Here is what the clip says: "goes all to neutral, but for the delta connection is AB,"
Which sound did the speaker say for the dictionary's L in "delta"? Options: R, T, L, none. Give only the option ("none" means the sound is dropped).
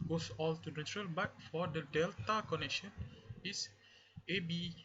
L